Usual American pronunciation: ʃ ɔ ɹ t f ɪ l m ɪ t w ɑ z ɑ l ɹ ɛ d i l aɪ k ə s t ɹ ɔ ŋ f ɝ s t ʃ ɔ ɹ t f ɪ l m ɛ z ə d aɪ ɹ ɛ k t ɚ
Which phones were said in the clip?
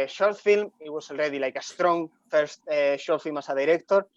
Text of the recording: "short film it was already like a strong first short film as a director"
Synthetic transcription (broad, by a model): ʃ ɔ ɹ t f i l m ɪ t w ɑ s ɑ l ɹ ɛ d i l aɪ k ə s t ɹ ɔ ŋ f ɝ s t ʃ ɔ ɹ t f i l m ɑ s ə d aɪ ɹ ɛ k t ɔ